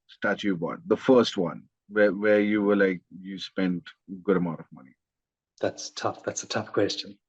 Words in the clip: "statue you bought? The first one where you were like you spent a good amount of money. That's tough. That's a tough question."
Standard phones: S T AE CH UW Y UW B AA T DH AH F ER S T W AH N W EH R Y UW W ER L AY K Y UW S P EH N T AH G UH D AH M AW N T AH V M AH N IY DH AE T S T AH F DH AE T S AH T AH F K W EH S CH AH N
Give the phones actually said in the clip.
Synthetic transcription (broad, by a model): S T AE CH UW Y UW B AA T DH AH F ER S T W AH N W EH W Y UW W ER L AY K Y UW S P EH N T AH G UH D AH M AW N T AH V M AH N IY DH AE T S T AH F DH AE T S AH T AH F K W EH S CH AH N